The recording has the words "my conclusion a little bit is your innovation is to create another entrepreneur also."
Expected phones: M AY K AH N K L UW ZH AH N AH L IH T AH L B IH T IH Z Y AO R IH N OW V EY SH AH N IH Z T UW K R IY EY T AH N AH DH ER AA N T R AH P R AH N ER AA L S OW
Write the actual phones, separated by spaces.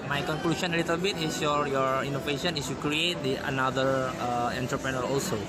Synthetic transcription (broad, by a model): M AY K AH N K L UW SH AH N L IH T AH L B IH T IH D Y AO R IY N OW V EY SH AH N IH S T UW K R IY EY T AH N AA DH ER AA N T R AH P R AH N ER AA L S OW